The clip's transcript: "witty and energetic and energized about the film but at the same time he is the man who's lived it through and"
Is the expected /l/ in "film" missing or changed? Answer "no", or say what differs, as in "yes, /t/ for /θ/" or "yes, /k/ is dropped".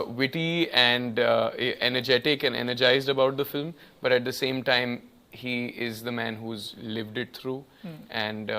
no